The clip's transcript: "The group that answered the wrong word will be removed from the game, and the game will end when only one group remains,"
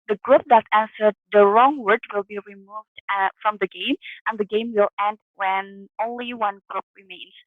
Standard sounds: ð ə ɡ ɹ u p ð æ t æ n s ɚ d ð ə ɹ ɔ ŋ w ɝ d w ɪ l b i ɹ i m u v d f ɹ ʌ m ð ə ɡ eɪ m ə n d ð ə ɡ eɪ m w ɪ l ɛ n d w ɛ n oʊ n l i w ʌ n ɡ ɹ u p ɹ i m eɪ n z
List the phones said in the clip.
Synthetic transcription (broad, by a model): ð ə ɡ ɹ u p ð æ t æ n s ɚ d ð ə ɹ ɔ ŋ w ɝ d w ɪ l b i ɹ i m u v d f ɹ ʌ m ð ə ɡ eɪ m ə n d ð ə ɡ eɪ m w ɪ l ɛ n d w ɛ n oʊ n l i w ʌ n ɡ ɹ u p ɹ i m eɪ n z